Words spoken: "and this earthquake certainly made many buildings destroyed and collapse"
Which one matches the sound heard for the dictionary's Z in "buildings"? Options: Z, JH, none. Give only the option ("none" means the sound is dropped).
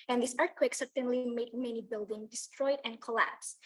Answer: none